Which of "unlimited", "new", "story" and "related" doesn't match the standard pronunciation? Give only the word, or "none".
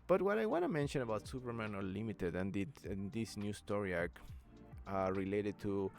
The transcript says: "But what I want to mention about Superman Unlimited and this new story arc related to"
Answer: unlimited